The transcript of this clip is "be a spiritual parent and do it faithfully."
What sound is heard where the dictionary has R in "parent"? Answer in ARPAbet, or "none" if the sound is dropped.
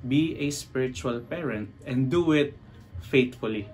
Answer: R